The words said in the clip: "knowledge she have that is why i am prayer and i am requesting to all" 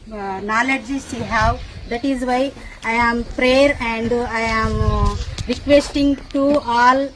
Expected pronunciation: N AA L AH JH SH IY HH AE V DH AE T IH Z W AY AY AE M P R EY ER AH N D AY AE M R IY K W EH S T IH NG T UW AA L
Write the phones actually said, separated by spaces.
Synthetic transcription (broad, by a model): N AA L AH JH S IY HH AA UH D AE T IH Z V AY AY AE M P R EY ER AH N D AY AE M R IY K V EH S T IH NG T UW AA L